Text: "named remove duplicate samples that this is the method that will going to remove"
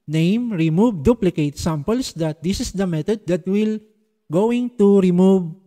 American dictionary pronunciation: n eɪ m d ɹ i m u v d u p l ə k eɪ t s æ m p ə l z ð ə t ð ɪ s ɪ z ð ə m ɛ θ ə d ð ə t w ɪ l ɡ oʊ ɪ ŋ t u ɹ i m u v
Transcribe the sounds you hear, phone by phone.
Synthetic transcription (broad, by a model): n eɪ m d ɹ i m u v d u p l ə k eɪ t s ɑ m p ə l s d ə t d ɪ s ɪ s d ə m ɛ t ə d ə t w ɪ l ɡ oʊ ɪ ŋ t u ɹ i m u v